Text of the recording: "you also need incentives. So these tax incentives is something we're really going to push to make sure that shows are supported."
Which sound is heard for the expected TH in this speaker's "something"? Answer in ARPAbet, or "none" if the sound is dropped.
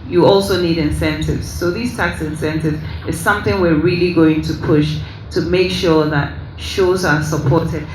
TH